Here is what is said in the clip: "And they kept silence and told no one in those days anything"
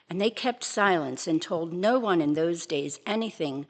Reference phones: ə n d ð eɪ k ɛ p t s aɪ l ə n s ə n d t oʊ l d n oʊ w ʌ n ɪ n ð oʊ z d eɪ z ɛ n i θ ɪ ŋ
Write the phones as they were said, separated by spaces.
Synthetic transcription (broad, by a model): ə n ð eɪ k ɛ p t s aɪ l ə n s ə n t oʊ l d n oʊ w ʌ n ɪ n ð oʊ z d eɪ z ɛ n i θ ɪ ŋ